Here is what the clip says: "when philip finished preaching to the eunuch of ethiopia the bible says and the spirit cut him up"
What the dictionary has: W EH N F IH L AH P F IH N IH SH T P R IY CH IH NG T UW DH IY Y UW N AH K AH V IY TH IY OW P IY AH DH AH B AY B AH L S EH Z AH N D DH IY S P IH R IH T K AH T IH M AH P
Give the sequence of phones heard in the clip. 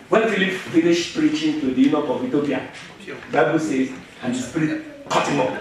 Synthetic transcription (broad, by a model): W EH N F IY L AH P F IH L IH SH P R IY CH IH NG T UW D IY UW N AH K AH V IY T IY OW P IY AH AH B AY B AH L S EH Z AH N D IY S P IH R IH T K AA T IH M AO